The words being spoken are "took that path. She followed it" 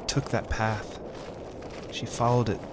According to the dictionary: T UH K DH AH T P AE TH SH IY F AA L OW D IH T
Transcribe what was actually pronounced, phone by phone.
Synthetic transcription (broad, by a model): T UH K DH AH T P AE TH SH IY F AA L OW D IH T